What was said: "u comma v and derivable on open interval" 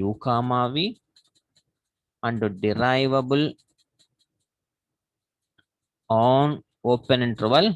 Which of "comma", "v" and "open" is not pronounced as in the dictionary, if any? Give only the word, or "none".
none